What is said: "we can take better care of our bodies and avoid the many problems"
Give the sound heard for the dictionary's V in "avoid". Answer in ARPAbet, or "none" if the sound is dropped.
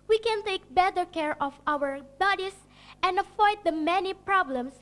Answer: F